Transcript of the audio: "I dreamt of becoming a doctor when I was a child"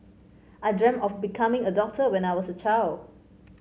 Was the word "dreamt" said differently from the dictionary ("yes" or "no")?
yes